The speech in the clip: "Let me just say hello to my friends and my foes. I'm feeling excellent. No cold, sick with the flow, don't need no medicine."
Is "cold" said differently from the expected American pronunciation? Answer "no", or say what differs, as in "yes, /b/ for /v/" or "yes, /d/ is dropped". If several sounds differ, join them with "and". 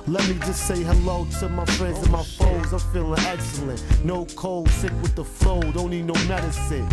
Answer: no